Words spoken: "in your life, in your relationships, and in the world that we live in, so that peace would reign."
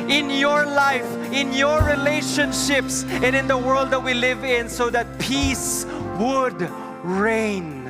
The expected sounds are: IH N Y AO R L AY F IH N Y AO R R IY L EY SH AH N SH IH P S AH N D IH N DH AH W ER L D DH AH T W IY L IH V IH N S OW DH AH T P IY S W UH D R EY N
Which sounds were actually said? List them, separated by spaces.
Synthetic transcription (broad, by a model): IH N Y AO R L AY F IH N Y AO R R IY L EY SH AH N SH IH P S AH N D IH N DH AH W ER L D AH T W IY L IH V IH N S OW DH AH T P IY S W UH D R EY N